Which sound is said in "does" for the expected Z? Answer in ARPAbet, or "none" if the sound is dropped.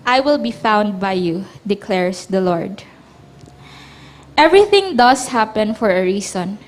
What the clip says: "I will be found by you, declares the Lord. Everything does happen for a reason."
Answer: S